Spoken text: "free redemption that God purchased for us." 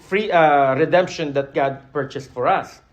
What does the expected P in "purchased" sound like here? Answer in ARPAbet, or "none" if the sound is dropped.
P